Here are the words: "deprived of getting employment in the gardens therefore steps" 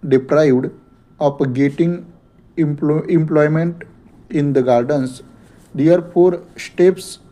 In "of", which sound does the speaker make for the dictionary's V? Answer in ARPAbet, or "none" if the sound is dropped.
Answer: P